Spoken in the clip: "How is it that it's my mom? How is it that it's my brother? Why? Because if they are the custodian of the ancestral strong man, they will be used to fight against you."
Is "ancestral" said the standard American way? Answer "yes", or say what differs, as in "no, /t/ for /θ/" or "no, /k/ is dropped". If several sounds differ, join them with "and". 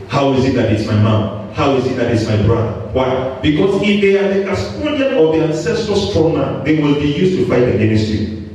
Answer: no, /ɹ/ is dropped